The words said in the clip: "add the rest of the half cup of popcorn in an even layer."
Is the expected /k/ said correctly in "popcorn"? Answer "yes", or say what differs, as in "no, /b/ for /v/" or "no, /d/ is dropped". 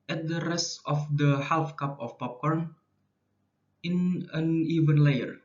yes